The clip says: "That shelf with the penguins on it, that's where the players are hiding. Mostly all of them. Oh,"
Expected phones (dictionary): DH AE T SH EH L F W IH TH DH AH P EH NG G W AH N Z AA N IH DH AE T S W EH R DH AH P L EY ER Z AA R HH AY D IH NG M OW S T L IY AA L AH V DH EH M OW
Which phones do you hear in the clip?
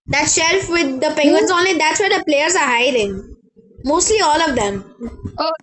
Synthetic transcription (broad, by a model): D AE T SH EH L F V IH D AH P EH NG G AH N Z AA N IH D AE T S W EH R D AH P L EY ER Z AA R HH AY D IH NG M OW S T L IY AA L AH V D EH M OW